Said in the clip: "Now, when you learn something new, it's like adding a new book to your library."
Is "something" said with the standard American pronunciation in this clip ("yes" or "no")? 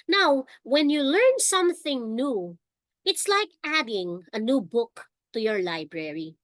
yes